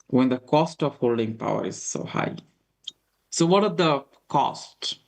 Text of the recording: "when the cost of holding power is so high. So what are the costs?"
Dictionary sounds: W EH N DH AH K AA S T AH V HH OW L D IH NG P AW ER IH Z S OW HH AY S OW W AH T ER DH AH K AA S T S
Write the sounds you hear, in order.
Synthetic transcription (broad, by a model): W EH N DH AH K AA S T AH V HH OW L D IH NG P AW ER IH Z S OW HH AY S OW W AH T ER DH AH K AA S T